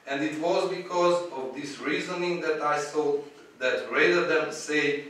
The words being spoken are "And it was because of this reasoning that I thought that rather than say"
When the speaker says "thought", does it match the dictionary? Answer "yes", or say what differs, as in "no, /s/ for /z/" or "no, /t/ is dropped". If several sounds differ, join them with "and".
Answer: no, /s/ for /θ/